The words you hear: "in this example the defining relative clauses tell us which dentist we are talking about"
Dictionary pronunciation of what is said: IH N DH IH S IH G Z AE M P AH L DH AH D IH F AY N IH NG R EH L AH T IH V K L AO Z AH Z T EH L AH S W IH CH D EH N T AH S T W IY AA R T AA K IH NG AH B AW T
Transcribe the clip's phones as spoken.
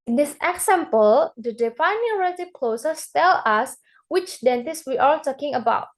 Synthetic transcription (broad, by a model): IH N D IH S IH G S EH M P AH L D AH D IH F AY N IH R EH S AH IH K L AO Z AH S T EH L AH S W IH CH D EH N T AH S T W IY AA L T AA K IH NG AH B AW T